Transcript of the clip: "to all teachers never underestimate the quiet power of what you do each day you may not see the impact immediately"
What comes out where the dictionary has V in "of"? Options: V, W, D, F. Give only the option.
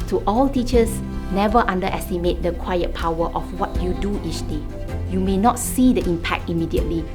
F